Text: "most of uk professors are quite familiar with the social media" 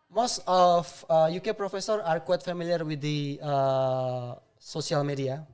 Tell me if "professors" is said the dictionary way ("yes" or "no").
no